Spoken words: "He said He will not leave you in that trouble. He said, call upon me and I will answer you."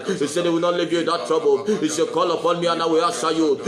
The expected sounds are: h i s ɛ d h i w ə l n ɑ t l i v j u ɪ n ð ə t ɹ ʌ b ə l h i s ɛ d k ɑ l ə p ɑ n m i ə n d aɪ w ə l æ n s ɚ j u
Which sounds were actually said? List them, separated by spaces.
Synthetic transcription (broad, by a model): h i s ɛ d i w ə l n ɑ t l i v j u ɪ n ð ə t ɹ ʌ b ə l h i s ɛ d k ɑ l ə p ɑ n m i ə n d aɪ w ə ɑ s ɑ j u